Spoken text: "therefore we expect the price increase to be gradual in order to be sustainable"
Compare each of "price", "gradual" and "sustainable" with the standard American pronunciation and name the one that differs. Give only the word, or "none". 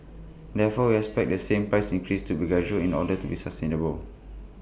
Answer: gradual